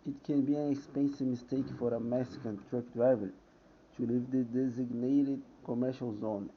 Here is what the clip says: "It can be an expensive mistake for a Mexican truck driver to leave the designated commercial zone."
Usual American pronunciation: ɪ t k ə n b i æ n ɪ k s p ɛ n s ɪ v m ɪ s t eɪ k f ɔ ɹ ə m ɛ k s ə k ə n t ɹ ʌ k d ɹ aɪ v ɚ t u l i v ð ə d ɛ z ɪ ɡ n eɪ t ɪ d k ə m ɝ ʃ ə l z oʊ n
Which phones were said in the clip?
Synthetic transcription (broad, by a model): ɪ t k ə n b i æ n ɪ k s p ɛ n s ɪ v m ɪ s t eɪ k f ɔ ɹ ə m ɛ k s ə k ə n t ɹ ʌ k d ɹ aɪ v ɚ t u l i v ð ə d ɛ z ɪ ɡ n eɪ t ɪ d k ə m ɝ ʃ ə l z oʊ n